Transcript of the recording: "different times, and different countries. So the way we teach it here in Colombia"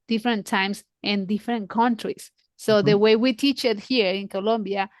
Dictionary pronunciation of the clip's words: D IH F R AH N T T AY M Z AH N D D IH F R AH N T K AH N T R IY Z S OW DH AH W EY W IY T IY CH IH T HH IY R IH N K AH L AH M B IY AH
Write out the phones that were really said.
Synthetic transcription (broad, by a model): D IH F R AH N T T AY M S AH N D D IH F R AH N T K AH N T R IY S OW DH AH W EY W IY T IY CH IH T HH IY R IH N K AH L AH M B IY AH